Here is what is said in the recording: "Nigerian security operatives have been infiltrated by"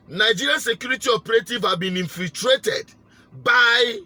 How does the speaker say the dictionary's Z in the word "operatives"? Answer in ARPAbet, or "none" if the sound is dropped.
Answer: none